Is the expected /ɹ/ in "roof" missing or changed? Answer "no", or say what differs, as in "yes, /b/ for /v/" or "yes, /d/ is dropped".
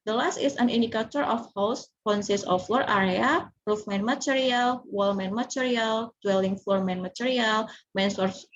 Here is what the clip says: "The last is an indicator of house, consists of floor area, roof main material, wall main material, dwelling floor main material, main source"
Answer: no